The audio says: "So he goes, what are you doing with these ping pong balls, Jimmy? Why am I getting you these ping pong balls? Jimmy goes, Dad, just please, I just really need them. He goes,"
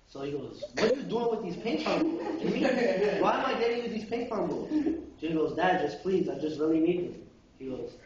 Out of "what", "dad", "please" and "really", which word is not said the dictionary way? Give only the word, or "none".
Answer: none